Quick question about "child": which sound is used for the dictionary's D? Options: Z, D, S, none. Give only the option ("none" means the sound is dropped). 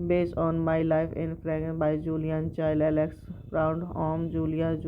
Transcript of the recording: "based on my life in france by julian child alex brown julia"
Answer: none